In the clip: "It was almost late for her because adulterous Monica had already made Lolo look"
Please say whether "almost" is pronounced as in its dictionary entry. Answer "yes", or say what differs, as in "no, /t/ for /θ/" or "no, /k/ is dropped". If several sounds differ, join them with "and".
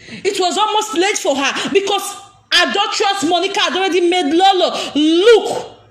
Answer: yes